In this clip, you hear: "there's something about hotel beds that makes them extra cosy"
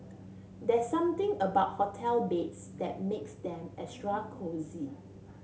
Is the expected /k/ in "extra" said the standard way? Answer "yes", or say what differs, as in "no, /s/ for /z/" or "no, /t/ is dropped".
no, /k/ is dropped